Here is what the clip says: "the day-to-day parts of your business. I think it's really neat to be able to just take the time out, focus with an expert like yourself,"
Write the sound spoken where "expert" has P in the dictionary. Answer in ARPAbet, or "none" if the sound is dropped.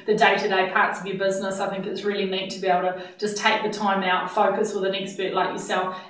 B